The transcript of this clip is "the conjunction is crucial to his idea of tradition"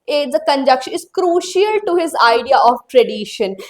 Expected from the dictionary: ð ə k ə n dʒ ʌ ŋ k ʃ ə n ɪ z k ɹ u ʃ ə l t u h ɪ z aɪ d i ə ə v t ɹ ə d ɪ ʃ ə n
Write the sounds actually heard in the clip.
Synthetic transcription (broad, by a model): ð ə k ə n dʒ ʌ k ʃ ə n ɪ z k ɹ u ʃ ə l t u h ɪ z aɪ d i ə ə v t ɹ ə d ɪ ʃ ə n